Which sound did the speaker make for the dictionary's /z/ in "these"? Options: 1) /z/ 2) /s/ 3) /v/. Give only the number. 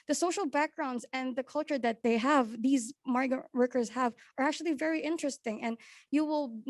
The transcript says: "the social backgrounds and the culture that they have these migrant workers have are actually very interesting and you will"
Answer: 1